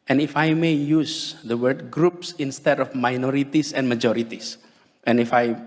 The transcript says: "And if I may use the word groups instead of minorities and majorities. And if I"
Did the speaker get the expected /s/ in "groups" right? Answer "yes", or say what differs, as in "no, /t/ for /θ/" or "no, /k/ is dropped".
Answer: yes